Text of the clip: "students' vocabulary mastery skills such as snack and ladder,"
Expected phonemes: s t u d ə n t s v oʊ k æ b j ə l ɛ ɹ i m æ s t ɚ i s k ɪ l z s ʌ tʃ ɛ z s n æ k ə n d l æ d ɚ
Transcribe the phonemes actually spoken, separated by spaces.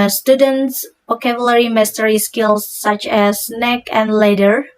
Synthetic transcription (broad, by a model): s t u d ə n t s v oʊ k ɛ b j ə l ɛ ɹ i m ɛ s t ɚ i s k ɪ l s ʌ tʃ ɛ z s n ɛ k ə n d l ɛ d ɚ